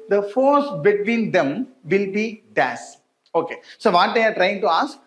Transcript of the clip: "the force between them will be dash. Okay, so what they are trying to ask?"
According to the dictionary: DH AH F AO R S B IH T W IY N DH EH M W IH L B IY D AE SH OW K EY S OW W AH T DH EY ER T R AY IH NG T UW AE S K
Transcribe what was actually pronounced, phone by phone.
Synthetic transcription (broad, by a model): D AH F AO R S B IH T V IY N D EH M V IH L B IY D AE S OW K EY S OW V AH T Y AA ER T R AY IH NG T UW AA S K